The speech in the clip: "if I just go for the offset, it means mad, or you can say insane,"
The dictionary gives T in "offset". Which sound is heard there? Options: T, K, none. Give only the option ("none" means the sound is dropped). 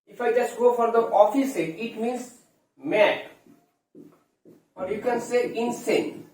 none